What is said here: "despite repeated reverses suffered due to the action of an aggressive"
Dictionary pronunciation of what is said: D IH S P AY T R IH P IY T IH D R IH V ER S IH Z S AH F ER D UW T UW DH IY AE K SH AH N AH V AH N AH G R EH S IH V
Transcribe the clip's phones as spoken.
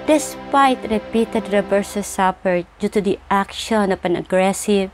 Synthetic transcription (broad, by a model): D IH S P AY T R IH P IY T IH D R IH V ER S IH S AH P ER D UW T UW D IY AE K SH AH N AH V AH N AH G R EH S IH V